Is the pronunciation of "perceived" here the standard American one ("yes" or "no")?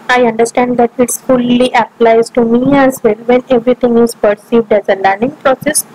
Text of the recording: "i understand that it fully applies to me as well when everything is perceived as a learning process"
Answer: yes